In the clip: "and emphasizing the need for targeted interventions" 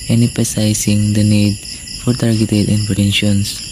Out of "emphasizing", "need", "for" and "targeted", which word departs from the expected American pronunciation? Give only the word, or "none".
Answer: emphasizing